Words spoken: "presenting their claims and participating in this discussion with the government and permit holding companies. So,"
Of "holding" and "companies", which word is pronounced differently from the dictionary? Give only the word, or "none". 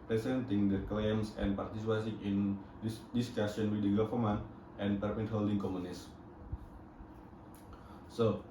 companies